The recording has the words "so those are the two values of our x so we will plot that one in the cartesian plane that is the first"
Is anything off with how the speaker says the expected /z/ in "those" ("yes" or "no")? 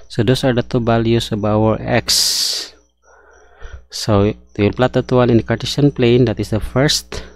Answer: yes